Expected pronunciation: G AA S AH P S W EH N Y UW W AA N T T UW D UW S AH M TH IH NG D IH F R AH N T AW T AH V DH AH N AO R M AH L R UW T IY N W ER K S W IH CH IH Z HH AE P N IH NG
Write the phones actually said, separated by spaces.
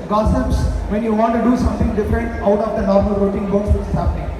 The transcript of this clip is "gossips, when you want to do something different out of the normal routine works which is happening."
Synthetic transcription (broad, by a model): G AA S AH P S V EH N Y UW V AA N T T UW D UW S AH M T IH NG D IH F R AH N T AW T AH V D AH N AO R M AH L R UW T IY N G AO S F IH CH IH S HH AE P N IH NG